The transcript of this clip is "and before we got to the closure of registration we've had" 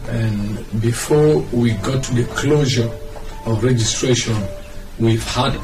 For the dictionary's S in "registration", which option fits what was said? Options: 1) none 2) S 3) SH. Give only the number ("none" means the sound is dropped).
2